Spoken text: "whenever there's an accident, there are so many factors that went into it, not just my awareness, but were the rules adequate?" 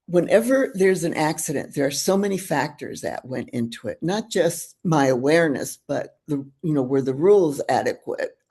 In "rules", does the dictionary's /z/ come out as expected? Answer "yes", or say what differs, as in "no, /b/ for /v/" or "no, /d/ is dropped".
yes